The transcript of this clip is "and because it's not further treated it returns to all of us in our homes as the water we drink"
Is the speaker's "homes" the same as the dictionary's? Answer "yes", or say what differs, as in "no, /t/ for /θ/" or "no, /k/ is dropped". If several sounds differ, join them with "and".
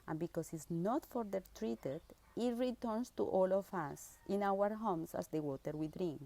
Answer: no, /s/ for /z/